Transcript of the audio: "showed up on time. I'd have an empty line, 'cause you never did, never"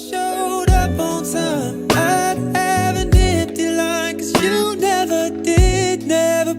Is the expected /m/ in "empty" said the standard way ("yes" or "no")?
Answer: no